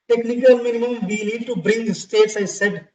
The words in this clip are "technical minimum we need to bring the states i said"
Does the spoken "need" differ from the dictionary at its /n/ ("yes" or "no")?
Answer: yes